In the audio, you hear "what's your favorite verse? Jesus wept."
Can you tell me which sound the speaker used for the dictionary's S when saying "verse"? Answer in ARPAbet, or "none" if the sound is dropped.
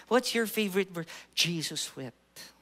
none